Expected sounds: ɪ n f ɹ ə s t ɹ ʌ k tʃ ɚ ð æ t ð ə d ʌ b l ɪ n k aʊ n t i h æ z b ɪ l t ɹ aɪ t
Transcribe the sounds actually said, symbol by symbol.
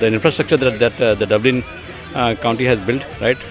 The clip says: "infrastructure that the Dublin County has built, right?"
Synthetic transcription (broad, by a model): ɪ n f ɹ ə s t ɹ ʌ k tʃ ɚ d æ t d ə d ʌ b l ɪ n k aʊ n t i h æ z b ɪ l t ɹ aɪ t